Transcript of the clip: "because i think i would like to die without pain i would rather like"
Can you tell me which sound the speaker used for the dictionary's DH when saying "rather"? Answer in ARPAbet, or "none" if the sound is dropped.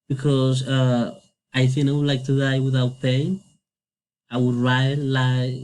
none